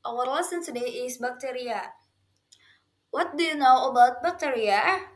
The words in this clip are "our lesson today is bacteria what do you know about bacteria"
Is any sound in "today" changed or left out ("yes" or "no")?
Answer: yes